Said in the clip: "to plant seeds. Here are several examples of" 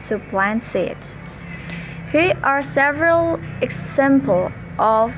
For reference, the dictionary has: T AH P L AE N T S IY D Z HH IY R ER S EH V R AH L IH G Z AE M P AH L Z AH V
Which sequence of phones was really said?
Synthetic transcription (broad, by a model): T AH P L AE N S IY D HH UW ER S EH V R AH L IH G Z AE M P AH L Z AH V